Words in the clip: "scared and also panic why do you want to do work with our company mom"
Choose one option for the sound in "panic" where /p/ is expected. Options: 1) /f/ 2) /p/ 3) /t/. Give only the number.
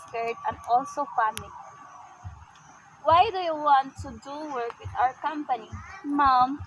1